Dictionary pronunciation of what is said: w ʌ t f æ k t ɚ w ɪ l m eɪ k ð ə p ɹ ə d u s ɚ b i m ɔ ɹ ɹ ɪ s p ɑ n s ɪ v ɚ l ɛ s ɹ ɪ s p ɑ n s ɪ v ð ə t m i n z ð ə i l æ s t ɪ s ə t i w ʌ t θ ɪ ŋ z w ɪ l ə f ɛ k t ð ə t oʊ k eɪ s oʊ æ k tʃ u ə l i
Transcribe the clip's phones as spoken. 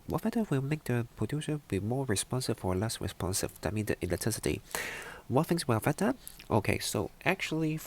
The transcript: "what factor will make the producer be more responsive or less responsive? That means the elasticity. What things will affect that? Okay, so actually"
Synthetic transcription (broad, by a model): w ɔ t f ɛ t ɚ w ɪ l m eɪ k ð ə p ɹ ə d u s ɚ b i m ɔ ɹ ɹ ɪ s p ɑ n s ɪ f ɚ l ɛ s ɹ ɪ s p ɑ n s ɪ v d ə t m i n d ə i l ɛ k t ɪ s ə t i w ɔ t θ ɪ ŋ s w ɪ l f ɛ t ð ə t oʊ k eɪ s oʊ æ k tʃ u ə l i